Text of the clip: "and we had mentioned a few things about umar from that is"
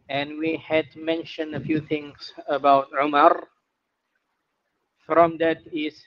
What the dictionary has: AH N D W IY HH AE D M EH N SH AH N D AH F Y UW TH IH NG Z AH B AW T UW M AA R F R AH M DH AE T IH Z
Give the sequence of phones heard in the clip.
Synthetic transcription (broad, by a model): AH N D W IY HH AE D M EH N SH AH N D AH F Y UW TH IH NG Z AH B AW T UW M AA R F R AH M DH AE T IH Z